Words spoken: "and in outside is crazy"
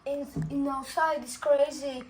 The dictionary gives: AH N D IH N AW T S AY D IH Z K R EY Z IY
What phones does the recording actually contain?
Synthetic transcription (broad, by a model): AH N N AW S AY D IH S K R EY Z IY